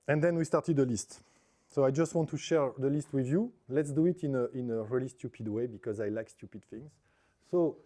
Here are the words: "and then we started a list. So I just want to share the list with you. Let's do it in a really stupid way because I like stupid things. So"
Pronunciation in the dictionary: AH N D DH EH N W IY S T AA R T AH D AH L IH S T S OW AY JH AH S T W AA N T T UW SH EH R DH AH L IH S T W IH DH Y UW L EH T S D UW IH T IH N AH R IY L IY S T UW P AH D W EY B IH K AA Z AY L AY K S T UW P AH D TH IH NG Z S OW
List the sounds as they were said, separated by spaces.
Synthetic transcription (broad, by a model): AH N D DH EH N W IY S T AA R T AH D AH L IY S T S OW AY JH AH S T W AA N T T UW SH EH R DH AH L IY S T W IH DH Y UW L EH T S D UW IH T IH N AH R IY L IY S T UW P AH D W EY B IH K AA Z AY L AY K S T UW P AH D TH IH NG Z S OW